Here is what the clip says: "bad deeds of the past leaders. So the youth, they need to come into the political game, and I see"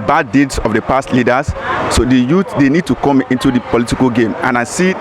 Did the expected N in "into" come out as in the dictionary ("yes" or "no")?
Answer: yes